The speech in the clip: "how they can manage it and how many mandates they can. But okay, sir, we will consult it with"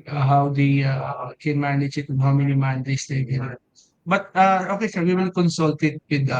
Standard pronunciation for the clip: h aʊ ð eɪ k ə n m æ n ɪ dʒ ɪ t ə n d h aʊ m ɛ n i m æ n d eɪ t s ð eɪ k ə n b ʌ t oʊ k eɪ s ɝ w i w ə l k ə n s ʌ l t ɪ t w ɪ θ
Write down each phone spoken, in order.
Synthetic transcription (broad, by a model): h aʊ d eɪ k ə n m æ n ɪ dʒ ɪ t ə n h aʊ m ɛ n i m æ n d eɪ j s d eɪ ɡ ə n b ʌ t oʊ k eɪ s ɝ w i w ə n k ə n s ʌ l t ɪ t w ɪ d